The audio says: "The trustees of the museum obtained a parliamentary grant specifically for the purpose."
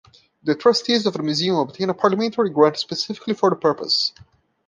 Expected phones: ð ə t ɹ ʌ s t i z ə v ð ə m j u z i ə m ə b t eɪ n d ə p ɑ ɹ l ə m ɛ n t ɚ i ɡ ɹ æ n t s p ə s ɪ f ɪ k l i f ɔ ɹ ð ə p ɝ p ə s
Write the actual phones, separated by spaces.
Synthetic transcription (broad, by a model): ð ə t ɹ ʌ s t i z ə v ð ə m j u z i ə m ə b t eɪ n ə p ɑ ɹ l ə m ɛ n t ɚ i ɡ ɹ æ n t s p ə s ɪ f ɪ k l i f ɔ ɹ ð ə p ɝ p ə s